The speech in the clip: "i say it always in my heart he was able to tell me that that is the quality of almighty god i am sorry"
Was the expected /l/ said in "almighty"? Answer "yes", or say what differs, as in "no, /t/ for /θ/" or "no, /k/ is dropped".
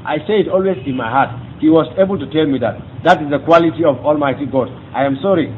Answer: yes